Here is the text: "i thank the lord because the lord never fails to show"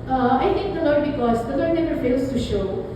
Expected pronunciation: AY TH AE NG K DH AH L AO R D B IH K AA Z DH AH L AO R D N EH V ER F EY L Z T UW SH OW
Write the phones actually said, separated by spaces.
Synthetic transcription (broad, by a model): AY T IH NG K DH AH L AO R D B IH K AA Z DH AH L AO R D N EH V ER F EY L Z T UW SH OW